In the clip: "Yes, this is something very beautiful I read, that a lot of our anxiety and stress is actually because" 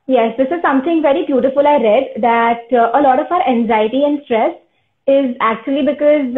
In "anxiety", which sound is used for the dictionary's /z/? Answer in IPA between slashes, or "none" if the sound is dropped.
/z/